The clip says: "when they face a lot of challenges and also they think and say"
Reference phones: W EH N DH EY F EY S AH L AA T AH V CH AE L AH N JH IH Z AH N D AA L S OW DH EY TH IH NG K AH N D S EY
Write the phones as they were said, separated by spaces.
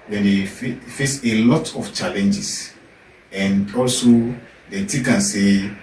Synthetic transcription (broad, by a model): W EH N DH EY F EY S AH L AA T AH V CH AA L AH N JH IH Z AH N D AA L S OW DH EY T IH K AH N S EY